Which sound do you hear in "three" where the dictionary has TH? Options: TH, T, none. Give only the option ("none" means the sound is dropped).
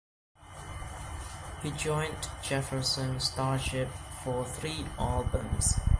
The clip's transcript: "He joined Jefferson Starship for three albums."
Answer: TH